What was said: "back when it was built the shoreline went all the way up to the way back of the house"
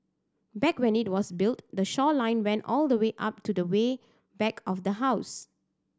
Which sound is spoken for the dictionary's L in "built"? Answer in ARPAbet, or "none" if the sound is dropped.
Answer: L